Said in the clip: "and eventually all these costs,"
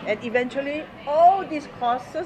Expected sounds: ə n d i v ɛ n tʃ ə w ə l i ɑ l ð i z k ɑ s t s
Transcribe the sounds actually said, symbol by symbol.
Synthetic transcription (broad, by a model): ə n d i v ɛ n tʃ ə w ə l i ɑ l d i s k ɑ s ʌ